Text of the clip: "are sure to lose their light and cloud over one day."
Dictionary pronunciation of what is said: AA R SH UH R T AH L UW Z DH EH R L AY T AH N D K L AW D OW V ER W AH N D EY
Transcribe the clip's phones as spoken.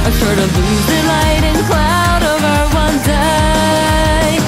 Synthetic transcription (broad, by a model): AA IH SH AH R T AH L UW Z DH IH L AY T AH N K L AW D OW V ER W AH N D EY